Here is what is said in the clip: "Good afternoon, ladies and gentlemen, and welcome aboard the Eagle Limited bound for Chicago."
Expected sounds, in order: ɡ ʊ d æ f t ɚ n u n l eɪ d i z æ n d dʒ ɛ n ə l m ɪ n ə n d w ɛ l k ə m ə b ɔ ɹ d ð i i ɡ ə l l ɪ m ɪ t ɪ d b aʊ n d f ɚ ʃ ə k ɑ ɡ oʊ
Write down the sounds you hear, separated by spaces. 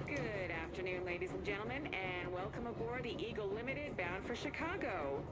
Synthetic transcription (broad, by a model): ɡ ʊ d æ f t ɚ n u n l eɪ d i z n dʒ ɛ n l m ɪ n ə n w ɛ l k ə m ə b ɔ ɹ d ð i i ɡ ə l l ɪ m ɪ t ɪ d b aʊ n d f ɚ ʃ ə k ɑ ɡ oʊ